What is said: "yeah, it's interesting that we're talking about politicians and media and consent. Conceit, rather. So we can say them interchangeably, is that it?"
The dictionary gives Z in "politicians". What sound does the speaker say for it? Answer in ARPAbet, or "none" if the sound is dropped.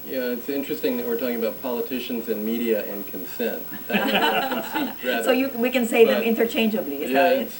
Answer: Z